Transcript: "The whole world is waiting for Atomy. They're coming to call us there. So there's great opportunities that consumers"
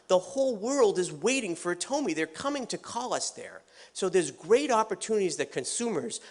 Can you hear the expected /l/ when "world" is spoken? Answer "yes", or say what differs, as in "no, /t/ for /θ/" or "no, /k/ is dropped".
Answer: yes